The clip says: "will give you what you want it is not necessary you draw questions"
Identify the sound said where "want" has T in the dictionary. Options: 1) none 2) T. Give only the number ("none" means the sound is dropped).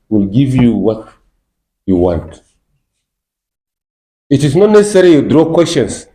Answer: 2